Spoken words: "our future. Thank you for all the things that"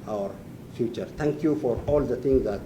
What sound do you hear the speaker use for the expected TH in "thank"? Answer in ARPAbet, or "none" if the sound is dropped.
T